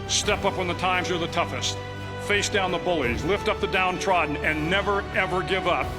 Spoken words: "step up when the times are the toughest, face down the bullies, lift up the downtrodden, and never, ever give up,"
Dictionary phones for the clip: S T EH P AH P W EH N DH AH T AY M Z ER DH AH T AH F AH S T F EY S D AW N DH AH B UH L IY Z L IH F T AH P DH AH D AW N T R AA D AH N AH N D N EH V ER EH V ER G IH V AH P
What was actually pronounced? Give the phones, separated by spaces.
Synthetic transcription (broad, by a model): S T EH P AH P W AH N DH AH T AY M Z ER DH AH T AH F AH S T F EY S D AW N DH AH B UH L IY Z L IH F T AH P DH AH D AW N T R AA D N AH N N EH V ER EH V ER G IH V AH P